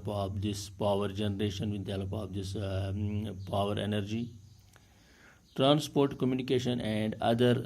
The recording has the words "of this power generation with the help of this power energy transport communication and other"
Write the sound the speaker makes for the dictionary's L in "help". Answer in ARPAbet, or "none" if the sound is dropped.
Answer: none